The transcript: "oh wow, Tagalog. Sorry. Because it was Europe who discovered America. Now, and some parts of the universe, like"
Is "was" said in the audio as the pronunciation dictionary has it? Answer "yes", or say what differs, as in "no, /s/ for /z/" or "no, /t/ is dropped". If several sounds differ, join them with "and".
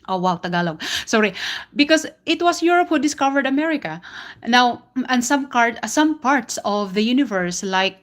no, /s/ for /z/